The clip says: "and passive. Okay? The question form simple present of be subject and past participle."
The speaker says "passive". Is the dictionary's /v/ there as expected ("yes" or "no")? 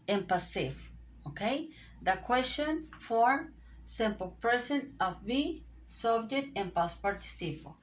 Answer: no